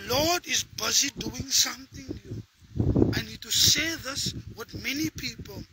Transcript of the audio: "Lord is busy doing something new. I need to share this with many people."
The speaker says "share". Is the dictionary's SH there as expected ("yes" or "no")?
no